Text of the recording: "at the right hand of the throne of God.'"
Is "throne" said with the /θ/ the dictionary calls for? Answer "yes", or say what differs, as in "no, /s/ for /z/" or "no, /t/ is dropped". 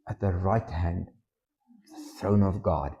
yes